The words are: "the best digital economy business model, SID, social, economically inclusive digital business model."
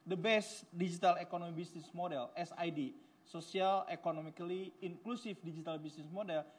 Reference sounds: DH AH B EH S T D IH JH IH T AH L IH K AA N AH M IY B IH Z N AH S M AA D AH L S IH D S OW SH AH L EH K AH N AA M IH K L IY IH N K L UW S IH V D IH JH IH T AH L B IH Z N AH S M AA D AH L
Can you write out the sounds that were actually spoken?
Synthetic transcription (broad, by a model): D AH B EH S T D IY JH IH T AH L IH K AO N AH M IY B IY S N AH S M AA D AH L S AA D S OW S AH L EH K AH N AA M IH K L IY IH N K L UW S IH F D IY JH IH T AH L B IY S N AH S M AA D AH L